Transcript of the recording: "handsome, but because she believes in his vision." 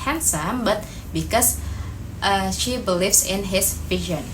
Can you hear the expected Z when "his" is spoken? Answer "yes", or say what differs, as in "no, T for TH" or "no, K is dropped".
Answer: no, S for Z